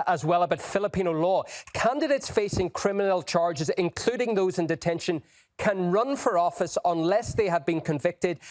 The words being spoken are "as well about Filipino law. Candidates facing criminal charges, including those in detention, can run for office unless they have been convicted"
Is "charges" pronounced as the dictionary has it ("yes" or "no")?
yes